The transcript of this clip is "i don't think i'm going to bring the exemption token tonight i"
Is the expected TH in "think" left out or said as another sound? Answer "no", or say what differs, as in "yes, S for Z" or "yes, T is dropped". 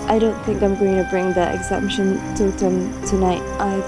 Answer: no